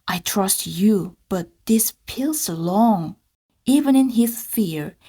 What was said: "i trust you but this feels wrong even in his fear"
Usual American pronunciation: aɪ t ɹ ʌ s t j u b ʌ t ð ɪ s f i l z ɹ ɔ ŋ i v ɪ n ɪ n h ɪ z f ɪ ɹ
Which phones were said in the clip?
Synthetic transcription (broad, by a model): aɪ t ɹ ʌ s t j u b ʌ t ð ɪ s p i l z l ɔ ŋ i v ɪ n ɪ n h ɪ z f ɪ ɹ